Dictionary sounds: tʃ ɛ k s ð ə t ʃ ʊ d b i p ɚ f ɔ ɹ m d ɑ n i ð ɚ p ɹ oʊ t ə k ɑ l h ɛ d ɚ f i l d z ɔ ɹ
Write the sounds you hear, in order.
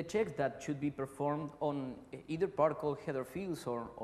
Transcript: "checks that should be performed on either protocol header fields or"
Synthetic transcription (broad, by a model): tʃ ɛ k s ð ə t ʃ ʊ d b i p ɚ f ɔ ɹ m d ɑ n i ð ɚ p ɑ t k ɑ l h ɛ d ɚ f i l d s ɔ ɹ